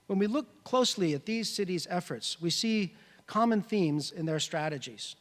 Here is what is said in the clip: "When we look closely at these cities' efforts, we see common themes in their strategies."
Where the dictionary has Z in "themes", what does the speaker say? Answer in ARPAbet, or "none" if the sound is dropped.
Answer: Z